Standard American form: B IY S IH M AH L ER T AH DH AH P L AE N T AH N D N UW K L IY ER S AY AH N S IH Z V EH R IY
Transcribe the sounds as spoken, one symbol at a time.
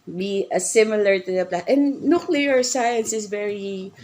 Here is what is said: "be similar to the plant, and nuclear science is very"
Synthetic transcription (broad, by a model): B IY S IH M AH L ER T AH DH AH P L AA T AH N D N UW K L IY ER S AY AH N S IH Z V EH R IY